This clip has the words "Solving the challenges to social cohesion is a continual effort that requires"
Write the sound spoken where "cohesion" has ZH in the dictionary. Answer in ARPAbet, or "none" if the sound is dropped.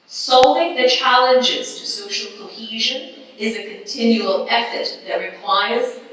ZH